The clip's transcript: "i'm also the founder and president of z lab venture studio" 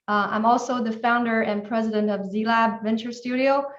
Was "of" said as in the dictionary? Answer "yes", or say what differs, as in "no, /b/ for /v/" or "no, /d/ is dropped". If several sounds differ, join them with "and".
yes